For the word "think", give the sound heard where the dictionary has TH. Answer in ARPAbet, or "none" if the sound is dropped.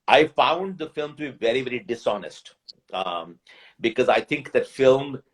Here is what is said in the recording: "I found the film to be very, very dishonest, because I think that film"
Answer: T